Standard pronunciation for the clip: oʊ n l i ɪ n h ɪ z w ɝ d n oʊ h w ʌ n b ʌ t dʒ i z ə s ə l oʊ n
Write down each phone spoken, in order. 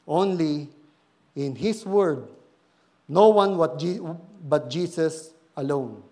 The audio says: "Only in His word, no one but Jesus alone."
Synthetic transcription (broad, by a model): oʊ n l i ɪ n h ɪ s w ɝ d n oʊ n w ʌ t b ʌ t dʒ i s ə s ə l oʊ n